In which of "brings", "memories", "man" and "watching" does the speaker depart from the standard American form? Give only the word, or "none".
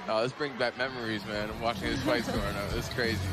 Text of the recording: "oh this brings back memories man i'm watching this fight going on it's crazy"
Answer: brings